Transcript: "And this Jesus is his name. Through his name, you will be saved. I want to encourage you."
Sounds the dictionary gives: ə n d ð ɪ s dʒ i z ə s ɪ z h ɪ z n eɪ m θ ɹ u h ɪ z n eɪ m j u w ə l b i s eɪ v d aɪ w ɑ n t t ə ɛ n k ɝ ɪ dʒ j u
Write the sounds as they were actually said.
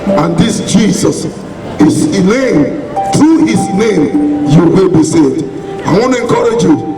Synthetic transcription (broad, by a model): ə n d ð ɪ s dʒ i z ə s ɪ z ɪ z n eɪ m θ ɹ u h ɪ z n eɪ m j u w ə l b i s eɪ d aɪ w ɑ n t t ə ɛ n k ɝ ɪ dʒ j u